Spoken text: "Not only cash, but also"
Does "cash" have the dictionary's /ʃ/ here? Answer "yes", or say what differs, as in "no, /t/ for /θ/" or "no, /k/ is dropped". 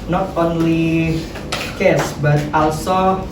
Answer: no, /s/ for /ʃ/